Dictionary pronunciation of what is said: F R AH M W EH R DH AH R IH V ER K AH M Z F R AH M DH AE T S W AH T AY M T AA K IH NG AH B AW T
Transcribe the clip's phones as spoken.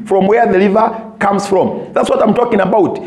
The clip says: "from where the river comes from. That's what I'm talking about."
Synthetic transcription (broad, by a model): F R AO M W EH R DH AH L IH V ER K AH M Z F R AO M DH AE T S W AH T AY M T AA K IH NG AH B AW T